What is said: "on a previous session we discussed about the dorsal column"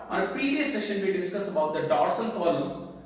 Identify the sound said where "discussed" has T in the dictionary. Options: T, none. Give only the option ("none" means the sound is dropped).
none